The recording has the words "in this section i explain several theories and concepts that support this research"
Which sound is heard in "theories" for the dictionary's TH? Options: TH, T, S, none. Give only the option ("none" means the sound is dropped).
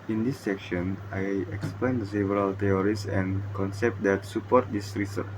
T